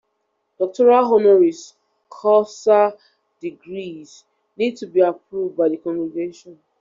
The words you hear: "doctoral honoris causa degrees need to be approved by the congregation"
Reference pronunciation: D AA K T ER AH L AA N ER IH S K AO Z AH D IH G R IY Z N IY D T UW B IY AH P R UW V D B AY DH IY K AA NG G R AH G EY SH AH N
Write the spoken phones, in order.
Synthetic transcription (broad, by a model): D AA K T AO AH L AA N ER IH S K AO S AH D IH G R IY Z N IY D T UW B IY AH P R UW V D B AY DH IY K AA NG G R AH G EY SH AH N